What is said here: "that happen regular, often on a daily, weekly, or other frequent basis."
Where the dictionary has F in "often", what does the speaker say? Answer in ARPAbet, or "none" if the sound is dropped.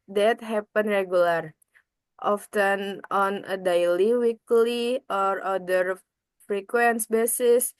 F